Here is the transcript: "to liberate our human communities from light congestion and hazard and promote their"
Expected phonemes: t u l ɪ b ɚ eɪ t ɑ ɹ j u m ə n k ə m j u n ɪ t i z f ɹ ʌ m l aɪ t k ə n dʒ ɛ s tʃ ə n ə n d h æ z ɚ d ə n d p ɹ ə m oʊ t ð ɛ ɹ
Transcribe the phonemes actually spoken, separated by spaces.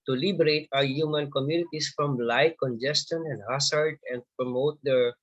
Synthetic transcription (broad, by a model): t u l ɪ b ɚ eɪ t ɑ w j u m ə n k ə m j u n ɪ t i s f ɹ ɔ m l aɪ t k ə n dʒ ɛ s tʃ ə n ə n d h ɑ s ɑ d ə n d p ɹ ə m oʊ t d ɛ ɹ